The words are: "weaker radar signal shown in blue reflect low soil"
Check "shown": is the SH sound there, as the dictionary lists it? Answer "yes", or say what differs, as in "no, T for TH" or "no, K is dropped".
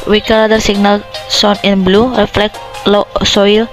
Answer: no, S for SH